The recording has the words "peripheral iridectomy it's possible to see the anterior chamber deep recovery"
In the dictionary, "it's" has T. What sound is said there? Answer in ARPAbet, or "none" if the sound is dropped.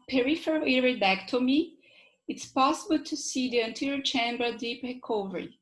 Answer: T